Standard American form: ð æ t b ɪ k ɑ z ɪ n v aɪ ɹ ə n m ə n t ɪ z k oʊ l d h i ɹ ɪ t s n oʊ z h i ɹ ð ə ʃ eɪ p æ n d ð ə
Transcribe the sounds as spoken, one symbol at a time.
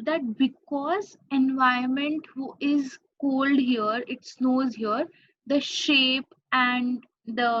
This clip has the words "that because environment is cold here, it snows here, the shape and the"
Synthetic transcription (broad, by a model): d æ t b ɪ k ɑ z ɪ n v aɪ ə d m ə n t ɪ z k oʊ l d h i ɹ ɪ t s n oʊ z h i ɹ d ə ʃ eɪ p æ n d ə